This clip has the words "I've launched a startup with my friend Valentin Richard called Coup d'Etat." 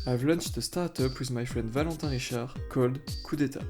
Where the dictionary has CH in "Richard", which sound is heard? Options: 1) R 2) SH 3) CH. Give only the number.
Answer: 2